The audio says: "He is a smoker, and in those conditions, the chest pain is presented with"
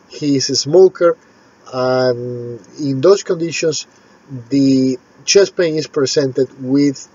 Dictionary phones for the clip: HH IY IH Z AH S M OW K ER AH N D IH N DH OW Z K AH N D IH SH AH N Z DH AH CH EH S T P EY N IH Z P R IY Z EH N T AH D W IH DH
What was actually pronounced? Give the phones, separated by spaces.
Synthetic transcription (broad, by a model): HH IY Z AH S M OW K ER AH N IH N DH OW S K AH N D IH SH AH N S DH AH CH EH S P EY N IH S P R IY S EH N T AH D W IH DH